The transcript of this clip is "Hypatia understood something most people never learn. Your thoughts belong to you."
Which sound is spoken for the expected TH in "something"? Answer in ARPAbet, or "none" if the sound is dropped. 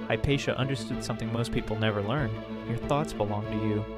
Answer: TH